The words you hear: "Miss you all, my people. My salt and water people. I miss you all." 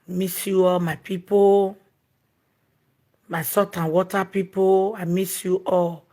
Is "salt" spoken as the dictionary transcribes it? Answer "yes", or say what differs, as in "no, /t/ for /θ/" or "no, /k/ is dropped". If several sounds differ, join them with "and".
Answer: no, /l/ is dropped